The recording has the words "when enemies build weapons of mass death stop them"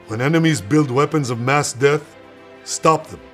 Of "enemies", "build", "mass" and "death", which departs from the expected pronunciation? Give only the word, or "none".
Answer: none